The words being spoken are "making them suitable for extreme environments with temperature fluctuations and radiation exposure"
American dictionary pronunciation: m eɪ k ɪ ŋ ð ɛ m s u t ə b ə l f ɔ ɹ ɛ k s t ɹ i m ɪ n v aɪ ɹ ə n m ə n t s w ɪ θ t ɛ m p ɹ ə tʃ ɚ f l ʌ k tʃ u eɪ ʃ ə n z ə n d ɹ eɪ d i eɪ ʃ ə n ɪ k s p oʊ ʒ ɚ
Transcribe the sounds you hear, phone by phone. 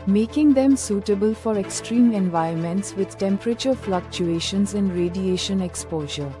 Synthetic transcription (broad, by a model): m eɪ k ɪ ŋ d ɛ m s u t ə b ə l f ɔ ɹ ɛ k s t ɹ i m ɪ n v aɪ ə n m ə n t s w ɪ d t ɛ m p ɹ ə tʃ ɚ f l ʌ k tʃ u eɪ ʃ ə n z ə n d ɹ eɪ d i eɪ ʃ ə n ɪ k s p oʊ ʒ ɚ